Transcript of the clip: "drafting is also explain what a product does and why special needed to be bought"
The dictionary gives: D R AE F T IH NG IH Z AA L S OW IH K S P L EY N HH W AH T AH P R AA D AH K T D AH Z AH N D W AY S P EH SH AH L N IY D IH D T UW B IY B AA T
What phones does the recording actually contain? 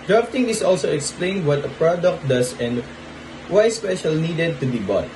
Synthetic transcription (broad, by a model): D R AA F T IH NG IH S AA L S OW IH K S P L EY N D W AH T AH P R AA D AH K T D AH S AH N D W AY S P EH SH AH L N IY D IH D T UW B IY B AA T